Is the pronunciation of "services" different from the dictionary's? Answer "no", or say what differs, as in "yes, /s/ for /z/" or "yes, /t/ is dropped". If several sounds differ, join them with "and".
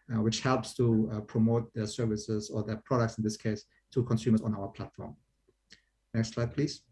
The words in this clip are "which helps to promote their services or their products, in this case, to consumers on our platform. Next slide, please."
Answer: no